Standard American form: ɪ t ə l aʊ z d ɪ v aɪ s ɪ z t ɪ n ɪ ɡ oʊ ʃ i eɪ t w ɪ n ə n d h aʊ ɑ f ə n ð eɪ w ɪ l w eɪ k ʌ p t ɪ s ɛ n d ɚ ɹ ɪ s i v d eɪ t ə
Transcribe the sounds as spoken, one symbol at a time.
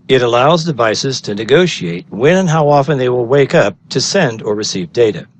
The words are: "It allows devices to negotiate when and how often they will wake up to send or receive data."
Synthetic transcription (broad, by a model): ɪ t ə l aʊ z d ɪ v aɪ s ɪ z t ɪ n ɪ ɡ oʊ ʃ i eɪ t w ɪ n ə n h aʊ ɑ f ə n ð eɪ w ɪ l w eɪ k ʌ p t ɪ s ɛ n d ɚ ɹ ɪ s i v d eɪ t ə